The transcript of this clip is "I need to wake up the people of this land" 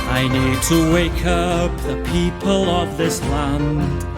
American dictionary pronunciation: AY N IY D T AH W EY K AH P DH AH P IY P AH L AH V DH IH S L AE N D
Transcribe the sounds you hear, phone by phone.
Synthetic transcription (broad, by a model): AY N IY D T AH W EY K AH P DH AH P IY P AH L AH V DH IH S L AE N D